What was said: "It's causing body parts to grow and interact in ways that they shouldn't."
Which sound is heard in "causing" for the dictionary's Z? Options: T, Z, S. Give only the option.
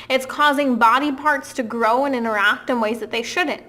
Z